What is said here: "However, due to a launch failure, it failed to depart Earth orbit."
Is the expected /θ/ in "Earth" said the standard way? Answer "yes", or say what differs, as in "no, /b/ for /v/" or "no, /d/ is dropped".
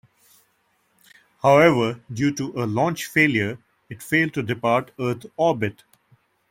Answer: no, /t/ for /θ/